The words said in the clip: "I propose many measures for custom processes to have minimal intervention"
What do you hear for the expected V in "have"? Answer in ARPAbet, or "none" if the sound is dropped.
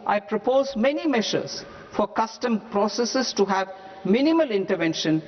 V